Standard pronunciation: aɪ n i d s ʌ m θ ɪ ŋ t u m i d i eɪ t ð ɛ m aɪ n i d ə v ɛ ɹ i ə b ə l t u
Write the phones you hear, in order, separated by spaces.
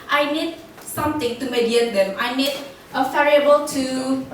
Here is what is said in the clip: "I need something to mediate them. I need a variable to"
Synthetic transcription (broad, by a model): aɪ n i d s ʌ m t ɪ ŋ t u m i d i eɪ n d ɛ m aɪ n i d ə f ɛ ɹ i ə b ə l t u